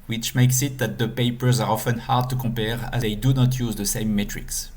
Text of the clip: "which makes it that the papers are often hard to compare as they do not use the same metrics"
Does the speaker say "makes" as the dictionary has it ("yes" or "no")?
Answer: yes